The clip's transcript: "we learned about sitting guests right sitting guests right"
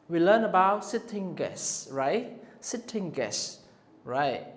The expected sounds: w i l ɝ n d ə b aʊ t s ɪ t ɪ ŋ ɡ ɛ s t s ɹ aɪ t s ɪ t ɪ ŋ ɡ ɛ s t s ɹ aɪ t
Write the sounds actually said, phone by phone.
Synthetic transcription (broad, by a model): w i l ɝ n ə b aʊ t s ɪ t ɪ ŋ ɡ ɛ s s ɹ aɪ t s ɪ t ɪ ŋ ɡ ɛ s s ɹ aɪ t